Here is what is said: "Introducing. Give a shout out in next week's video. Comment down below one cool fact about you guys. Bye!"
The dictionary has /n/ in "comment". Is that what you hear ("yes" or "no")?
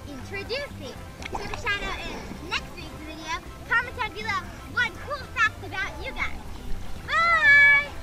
no